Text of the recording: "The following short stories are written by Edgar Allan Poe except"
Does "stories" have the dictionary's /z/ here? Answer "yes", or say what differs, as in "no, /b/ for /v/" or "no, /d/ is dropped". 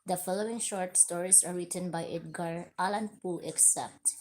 no, /s/ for /z/